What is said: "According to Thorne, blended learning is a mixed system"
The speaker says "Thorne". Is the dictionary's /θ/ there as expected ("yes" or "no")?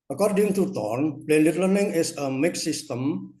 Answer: no